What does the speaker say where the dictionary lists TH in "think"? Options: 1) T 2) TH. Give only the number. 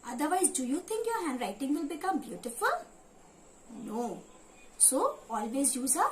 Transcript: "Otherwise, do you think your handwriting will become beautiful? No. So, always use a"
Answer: 1